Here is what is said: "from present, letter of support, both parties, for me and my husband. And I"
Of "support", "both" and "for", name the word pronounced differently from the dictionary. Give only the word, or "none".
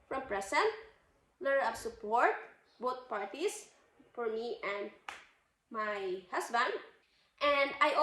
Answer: both